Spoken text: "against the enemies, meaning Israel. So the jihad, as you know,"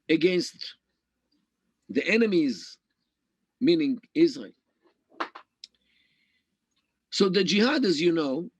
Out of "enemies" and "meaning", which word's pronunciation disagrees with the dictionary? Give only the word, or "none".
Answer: none